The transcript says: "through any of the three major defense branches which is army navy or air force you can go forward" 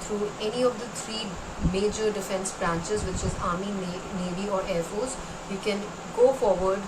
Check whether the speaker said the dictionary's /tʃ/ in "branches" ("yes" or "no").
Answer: yes